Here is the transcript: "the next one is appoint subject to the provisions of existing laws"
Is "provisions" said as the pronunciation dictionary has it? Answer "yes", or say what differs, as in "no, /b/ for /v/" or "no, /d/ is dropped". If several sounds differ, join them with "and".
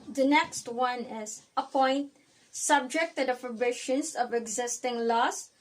no, /b/ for /v/ and /ʃ/ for /ʒ/